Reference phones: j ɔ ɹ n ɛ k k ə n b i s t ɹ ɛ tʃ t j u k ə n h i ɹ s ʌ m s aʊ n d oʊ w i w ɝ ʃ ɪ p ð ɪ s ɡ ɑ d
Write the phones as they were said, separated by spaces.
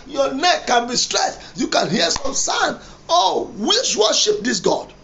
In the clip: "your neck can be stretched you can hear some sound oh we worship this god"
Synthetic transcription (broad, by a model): j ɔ n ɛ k k ə n b i s t ɹ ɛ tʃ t j u k ə n h i s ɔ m s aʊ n oʊ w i w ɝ ʃ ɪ p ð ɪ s ɡ ɑ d